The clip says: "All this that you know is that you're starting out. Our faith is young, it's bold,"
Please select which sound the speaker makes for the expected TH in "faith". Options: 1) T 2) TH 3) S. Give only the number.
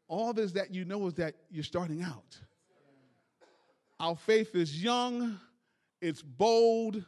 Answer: 2